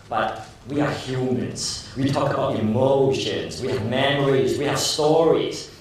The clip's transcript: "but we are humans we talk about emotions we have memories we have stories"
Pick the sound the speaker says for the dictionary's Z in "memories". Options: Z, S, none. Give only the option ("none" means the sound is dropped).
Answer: Z